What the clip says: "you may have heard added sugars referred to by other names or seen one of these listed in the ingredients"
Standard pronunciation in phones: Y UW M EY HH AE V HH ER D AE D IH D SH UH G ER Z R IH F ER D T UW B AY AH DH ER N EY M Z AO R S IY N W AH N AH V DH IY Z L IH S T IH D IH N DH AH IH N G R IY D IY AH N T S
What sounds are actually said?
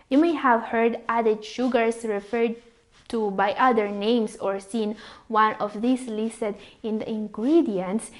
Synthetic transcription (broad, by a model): Y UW M EY HH AE V HH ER D AE D IH D SH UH G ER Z R IH F ER D T UW B AY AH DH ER N EY M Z AO R S IY N W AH N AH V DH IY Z L IH S T IH D IH N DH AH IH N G R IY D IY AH N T S